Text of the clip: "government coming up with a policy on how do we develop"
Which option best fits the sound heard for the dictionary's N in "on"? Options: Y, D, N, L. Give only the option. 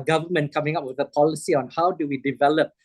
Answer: N